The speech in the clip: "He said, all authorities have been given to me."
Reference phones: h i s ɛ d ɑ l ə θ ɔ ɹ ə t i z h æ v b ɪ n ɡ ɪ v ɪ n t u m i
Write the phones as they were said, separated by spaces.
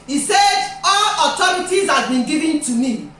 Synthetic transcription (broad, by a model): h i s ɛ d ɑ l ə t ɔ ɹ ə t i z h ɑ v b ɪ n ɡ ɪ v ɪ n t u m i